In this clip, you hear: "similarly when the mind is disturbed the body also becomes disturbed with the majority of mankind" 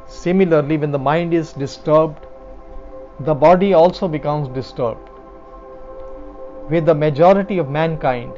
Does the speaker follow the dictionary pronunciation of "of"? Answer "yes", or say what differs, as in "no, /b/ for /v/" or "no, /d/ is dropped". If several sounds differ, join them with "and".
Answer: yes